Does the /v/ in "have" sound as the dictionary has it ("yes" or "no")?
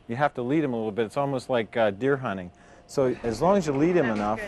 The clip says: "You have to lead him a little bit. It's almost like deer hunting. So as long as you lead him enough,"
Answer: no